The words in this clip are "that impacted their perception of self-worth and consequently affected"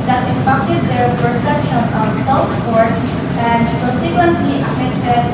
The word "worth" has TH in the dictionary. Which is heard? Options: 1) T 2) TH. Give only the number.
1